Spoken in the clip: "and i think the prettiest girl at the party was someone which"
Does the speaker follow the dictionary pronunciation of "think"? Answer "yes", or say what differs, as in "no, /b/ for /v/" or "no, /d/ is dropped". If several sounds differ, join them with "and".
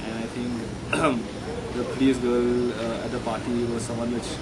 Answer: no, /t/ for /θ/